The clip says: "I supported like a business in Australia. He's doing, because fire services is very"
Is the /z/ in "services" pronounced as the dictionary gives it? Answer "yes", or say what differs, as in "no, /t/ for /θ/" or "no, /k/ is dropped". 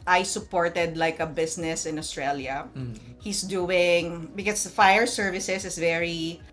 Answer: no, /s/ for /z/